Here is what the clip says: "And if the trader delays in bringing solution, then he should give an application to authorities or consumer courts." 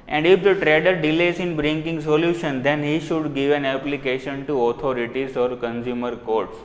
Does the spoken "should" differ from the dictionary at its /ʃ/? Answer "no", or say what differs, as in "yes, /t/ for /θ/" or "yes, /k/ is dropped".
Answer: no